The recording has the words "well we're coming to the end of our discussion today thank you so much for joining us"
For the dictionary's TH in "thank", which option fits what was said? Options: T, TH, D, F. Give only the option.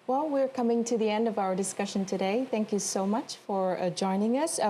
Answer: TH